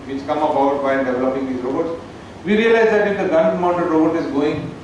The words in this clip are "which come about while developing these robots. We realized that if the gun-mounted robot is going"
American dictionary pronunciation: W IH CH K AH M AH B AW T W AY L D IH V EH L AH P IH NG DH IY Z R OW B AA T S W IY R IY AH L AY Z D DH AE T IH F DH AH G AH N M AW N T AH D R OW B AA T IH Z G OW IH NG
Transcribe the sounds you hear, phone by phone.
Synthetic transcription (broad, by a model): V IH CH K AH M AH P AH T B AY N D IH V EH L AH P IH NG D IY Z R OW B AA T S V IY R IY AH L AY Z D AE T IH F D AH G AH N M AW N T AH D R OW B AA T IH Z G OW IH NG